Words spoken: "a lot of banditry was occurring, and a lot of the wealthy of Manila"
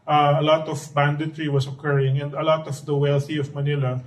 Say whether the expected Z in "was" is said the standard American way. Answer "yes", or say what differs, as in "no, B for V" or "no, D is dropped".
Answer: no, S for Z